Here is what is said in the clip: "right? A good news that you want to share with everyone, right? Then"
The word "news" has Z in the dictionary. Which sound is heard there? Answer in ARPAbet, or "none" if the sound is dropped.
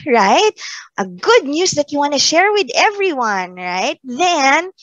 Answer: S